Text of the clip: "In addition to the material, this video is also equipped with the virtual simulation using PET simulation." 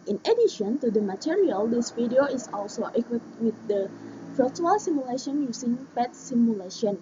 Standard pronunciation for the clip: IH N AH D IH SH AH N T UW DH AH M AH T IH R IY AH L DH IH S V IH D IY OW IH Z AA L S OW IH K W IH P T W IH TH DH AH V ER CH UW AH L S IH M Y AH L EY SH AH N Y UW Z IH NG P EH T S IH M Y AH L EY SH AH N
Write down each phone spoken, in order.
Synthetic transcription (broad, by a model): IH N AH D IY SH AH N T UW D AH M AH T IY R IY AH L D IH S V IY D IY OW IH S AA L S OW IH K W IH T W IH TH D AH F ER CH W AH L S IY M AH L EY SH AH N Y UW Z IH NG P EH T S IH M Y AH L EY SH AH N